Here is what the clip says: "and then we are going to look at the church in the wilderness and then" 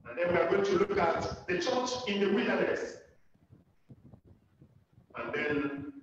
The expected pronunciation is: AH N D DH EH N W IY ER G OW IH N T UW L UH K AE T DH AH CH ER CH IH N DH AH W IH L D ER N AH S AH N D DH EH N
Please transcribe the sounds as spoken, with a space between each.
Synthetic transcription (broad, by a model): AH N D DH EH N W IY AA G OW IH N T UW L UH K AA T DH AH CH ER CH IH N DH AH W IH D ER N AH S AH N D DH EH N